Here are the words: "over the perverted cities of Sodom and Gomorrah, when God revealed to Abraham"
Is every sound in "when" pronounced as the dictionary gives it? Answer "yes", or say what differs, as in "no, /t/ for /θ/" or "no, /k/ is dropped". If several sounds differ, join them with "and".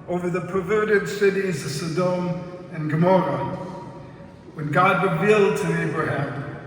yes